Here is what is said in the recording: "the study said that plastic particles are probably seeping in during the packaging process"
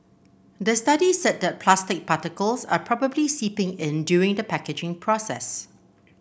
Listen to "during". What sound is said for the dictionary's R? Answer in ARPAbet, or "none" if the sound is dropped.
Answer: none